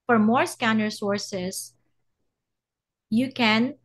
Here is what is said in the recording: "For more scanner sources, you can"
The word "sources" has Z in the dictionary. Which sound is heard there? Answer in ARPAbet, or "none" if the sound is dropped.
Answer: S